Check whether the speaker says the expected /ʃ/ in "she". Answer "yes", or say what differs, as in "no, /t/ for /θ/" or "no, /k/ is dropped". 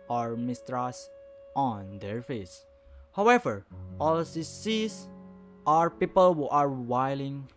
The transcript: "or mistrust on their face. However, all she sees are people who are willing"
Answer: no, /s/ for /ʃ/